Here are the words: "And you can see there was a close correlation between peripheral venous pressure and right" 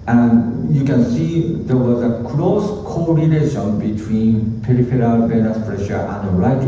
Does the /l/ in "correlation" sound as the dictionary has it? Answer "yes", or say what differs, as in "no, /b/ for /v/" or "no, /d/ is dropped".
no, /n/ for /l/